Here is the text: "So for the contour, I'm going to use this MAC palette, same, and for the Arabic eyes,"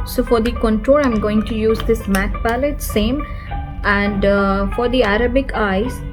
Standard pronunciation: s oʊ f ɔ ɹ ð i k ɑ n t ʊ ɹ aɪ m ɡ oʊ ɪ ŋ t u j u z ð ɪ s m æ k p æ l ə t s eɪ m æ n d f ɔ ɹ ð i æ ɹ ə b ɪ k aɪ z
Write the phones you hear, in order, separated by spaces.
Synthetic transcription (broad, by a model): s oʊ f ɔ ɹ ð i k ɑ n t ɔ l aɪ m ɡ oʊ ɪ ŋ t u j u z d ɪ s m æ k p æ l ə t s eɪ m æ n d f ɔ ɹ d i æ ɹ ə b ɪ k aɪ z